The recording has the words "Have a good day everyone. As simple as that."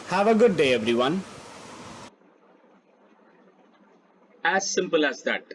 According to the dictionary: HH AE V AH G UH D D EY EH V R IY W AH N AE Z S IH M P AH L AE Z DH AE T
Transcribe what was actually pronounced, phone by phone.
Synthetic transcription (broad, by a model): HH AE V AH G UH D D EY EH V R IY W AH N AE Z S IH M P AH L AE Z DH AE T